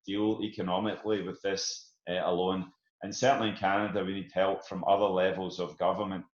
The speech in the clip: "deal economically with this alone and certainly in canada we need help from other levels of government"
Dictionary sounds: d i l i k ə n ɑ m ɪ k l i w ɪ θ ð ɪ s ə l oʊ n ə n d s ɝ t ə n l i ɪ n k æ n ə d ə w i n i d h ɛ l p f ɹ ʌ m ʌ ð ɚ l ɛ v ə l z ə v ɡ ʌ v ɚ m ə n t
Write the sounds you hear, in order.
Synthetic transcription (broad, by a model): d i l i k ə n ɑ m ɪ k l i w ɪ ð ɪ s ə l oʊ n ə n s ɝ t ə n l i ɪ n k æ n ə d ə w i n i d h ɛ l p f ɹ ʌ m ʌ ð ɚ l ɛ v ə l z ə v ɡ ʌ v ɚ m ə n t